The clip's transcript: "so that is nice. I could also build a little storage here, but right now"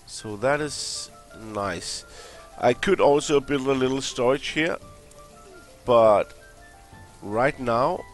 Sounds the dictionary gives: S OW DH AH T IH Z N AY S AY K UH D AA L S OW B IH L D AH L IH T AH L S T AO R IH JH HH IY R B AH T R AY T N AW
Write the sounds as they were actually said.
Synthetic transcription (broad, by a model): S OW DH AH T IH Z N AY S AY K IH D AA L S OW B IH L AH L IH T L S T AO R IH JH HH IY R B AH T R AY T N AW